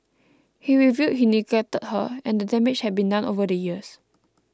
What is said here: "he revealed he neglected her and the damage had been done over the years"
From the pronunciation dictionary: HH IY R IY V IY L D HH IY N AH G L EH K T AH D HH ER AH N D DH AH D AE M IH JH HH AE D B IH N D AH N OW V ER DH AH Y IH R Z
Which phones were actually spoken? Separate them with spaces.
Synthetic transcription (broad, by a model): HH IY R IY V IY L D HH IY N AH G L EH T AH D HH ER AH N D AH D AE M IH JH HH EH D B IH N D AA N OW V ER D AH Y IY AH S